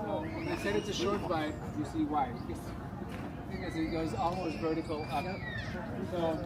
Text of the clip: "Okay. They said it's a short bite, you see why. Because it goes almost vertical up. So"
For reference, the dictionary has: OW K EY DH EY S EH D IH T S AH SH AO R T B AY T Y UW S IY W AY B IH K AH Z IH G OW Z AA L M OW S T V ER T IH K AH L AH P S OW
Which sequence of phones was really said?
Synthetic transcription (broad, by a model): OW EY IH S EH D IH T S AH SH AO R T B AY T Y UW S IY W AY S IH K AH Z IH G OW Z AA L M OW S T V ER T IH K L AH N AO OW